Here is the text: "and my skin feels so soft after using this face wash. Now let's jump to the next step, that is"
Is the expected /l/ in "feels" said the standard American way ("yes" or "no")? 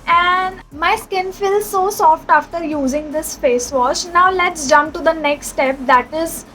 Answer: yes